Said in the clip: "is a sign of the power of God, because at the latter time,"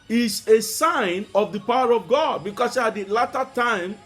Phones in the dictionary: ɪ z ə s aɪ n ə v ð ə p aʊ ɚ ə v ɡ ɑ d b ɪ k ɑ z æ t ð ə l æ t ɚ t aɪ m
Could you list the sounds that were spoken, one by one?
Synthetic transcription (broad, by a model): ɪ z ə s aɪ n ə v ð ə p aʊ ɚ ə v ɡ ɑ d b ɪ k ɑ s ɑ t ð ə l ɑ t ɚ t aɪ m